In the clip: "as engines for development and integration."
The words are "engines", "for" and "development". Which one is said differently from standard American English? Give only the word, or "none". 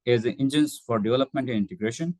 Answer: engines